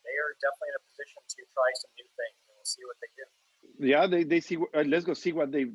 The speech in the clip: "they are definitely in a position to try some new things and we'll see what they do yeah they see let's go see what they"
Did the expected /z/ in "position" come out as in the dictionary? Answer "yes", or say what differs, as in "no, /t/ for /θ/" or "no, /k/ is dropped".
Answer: yes